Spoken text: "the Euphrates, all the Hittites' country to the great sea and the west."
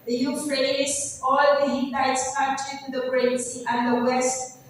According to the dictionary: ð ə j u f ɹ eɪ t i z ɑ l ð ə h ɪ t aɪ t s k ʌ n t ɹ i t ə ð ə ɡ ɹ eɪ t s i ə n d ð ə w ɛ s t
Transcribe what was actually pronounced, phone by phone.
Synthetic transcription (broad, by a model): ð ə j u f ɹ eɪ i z ɑ l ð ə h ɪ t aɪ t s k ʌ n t i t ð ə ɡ ɹ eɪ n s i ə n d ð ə w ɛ s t